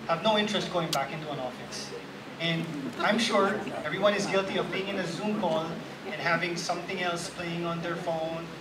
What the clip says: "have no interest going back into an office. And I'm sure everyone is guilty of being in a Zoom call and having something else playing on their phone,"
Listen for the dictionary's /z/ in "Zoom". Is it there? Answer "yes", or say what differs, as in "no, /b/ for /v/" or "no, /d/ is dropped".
yes